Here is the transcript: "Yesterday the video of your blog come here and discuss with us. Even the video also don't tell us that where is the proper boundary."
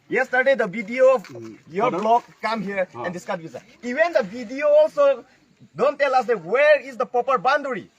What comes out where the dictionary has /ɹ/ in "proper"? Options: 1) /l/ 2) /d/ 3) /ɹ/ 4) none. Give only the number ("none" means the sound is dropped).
4